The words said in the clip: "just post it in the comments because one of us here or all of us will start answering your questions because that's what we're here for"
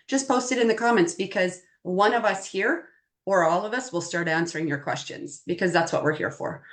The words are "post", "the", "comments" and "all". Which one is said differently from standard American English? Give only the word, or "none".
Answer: none